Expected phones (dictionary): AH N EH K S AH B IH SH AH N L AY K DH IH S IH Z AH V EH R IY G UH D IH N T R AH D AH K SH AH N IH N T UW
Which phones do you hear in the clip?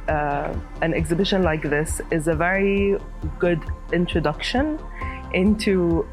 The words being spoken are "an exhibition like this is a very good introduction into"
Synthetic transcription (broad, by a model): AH N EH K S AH B IH SH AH N L AY K DH IH S IH Z AH V EH R IY G UH D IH N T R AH D AH K SH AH N IH N T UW